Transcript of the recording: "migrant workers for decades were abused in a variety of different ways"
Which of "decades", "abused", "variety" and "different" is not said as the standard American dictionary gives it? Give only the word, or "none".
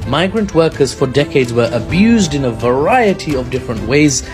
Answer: none